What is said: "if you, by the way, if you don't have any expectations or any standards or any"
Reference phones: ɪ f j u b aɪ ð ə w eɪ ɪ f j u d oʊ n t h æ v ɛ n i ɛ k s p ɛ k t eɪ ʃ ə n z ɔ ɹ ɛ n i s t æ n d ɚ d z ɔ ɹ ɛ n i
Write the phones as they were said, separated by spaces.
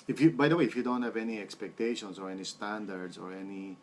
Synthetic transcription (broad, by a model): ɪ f j u b aɪ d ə w eɪ ɪ f j u d oʊ n t h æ v ɛ n i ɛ k s p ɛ k t eɪ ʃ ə n s ɔ ɹ ɛ n i s t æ n d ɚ d s ɔ ɹ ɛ n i